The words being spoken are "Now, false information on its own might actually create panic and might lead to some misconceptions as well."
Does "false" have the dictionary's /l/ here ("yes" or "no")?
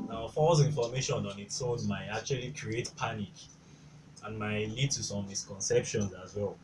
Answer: no